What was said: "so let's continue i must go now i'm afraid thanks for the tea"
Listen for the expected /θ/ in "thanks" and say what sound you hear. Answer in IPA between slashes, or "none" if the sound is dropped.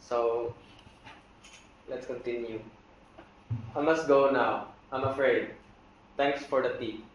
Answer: /t/